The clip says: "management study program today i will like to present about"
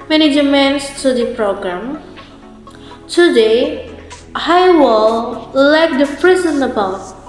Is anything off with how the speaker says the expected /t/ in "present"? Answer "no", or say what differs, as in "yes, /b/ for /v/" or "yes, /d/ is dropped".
yes, /t/ is dropped